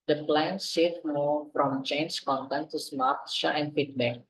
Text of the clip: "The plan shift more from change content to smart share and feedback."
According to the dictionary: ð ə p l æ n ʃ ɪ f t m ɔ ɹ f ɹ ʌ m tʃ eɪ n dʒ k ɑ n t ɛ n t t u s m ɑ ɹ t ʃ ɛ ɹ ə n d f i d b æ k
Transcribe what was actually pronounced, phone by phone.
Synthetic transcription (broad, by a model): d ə p l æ n s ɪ t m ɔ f ɹ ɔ m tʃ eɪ n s k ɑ n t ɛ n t t u s m ɑ ɹ t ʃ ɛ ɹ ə n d f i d b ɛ k